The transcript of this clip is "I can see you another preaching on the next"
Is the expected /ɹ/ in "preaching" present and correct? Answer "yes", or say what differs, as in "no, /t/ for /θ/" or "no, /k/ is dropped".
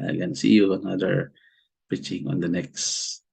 no, /ɹ/ is dropped